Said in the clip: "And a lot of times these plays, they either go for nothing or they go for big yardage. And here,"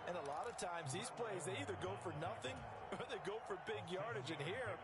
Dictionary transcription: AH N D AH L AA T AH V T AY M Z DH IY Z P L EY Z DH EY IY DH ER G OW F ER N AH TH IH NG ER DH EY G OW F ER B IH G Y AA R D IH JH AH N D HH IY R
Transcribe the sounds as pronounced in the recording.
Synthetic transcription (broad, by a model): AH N AH L AA T AH V T AY M Z DH IY Z P L EY Z DH EY IY DH ER G OW F ER N AH TH IH NG ER DH EY G OW F ER B IH G Y AA R D IH JH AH N HH IY R